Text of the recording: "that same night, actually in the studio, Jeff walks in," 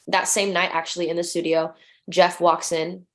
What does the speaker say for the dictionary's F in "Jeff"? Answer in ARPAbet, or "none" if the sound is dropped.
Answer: F